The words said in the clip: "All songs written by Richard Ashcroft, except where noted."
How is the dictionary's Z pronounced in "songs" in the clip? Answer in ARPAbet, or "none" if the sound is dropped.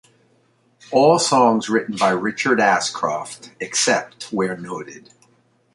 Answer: Z